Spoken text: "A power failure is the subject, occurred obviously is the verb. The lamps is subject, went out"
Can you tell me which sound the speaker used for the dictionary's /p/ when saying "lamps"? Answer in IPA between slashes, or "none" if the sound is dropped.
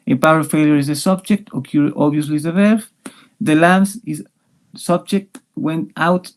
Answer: none